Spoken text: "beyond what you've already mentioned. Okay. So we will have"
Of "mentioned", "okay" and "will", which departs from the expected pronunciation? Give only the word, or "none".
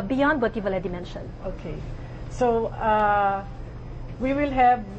mentioned